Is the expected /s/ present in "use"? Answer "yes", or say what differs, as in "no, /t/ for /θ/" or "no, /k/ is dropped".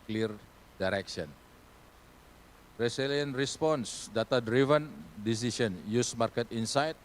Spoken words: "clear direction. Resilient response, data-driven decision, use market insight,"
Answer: yes